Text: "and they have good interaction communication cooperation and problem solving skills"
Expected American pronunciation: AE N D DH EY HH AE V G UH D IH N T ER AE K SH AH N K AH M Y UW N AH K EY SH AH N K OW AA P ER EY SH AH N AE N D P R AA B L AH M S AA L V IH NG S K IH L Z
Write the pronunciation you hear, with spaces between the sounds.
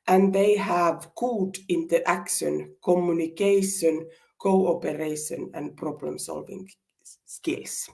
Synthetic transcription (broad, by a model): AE N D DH EY HH AE V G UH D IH N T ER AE K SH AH N K AH M Y UW N AH K EY SH AH N K OW AA P ER EY SH AH N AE N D P R AA B L AH M S AA L V IH NG S K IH L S